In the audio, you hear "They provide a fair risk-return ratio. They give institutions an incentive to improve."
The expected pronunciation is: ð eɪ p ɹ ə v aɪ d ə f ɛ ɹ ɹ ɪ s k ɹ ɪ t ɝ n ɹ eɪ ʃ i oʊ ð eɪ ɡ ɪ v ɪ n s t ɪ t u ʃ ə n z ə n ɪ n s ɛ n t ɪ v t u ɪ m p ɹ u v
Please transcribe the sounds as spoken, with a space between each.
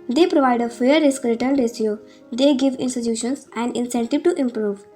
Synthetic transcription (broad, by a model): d eɪ p ɹ ə v aɪ d ə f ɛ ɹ ɹ ɪ s k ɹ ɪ t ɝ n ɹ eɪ s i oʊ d eɪ ɡ ɪ v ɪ n s t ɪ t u ʃ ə n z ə n ɪ n s ɛ n t ɪ v t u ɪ m p ɹ u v